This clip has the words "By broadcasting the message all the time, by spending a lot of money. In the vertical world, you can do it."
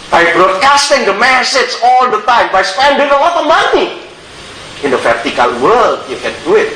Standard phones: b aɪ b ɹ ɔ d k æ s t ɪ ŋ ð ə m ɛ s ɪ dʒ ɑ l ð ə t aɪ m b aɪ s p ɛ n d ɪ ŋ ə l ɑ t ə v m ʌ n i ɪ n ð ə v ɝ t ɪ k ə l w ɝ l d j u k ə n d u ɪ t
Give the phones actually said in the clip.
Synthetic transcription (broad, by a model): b aɪ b ɹ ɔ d k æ s t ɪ ŋ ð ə m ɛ s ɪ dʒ ɑ l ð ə t aɪ m b aɪ s p ɛ n d ɪ ŋ ə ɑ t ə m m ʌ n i ɪ n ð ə f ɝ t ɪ k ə l w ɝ l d j u k ə n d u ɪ t